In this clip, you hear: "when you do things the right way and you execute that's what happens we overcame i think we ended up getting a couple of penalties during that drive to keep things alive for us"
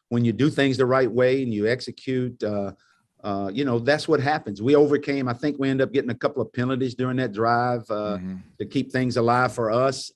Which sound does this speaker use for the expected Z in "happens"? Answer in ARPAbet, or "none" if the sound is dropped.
Z